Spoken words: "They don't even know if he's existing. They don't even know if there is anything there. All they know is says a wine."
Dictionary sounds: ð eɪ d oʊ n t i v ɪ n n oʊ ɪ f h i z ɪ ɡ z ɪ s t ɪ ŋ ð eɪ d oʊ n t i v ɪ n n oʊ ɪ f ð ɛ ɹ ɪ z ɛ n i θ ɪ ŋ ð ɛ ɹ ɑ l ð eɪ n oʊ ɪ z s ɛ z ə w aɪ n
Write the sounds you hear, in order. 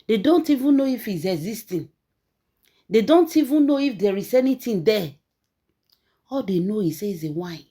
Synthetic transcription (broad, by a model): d eɪ d oʊ n t i v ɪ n n oʊ ɪ f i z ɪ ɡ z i s t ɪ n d eɪ d oʊ n t i v ɪ n n oʊ ɪ f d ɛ ɹ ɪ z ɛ n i t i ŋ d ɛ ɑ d eɪ n oʊ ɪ s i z ə w aɪ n